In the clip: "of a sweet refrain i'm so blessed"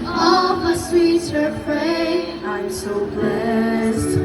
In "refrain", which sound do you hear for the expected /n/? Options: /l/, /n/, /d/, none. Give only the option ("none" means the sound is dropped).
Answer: none